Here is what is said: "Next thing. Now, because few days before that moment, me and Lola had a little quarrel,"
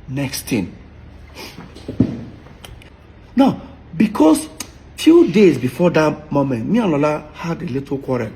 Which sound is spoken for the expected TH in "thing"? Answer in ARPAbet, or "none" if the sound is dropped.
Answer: T